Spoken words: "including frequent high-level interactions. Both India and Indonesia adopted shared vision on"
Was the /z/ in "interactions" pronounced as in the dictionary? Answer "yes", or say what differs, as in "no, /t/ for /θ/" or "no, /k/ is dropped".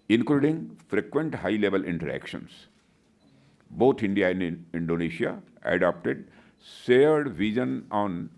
no, /s/ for /z/